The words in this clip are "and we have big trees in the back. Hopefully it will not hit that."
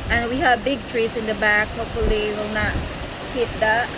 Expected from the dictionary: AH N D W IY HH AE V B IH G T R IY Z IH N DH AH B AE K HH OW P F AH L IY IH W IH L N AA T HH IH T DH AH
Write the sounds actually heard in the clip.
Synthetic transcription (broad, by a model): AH N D W IY HH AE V B IH G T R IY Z IH N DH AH B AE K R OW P AH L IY W IH L N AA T HH IH T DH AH